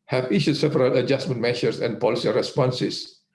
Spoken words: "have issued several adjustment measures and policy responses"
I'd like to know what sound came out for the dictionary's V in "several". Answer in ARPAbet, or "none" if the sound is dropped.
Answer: P